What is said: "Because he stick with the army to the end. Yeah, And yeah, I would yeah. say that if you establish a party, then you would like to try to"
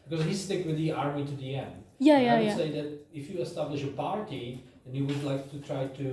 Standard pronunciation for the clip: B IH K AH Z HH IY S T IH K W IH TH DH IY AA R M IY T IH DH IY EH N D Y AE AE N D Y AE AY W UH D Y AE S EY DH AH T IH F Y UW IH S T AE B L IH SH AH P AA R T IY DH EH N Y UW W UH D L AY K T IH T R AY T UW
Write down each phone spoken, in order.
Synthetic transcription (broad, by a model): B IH K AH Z HH IY S T IH K W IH DH IY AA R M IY T IH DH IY EH N D Y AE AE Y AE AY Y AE S EY DH AH T IH F Y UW IH S T AE B L IH SH AH P AA R T IY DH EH N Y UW W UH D L AY K T IH T R AY T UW